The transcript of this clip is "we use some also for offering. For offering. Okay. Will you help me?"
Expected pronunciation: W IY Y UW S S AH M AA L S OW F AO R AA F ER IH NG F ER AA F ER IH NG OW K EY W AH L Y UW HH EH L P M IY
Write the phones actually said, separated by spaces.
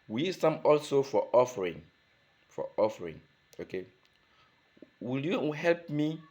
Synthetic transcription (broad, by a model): W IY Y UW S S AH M AA L S OW F AO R AA F ER IH NG F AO AA F ER IH NG OW K EY W AH L Y UW HH EH L P M IY